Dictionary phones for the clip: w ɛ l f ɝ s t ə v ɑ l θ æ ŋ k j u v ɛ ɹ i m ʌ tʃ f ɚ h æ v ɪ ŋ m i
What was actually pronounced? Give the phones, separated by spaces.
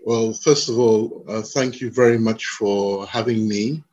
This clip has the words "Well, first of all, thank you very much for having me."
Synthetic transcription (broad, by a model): w ɛ l f ɝ s t ə v ɑ l θ æ ŋ k j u v ɛ ɹ i m ʌ tʃ f ɚ h æ v ɪ ŋ m i